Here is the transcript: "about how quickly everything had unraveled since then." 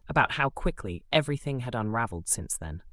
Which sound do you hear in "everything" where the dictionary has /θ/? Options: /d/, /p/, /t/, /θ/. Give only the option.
/θ/